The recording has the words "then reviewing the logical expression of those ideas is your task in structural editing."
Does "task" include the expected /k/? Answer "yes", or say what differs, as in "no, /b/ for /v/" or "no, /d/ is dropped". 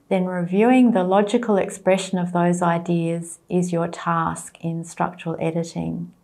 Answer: yes